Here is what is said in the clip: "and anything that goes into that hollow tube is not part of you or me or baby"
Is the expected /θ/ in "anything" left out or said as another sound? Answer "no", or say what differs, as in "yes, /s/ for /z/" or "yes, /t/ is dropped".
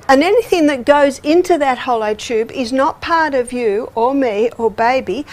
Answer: no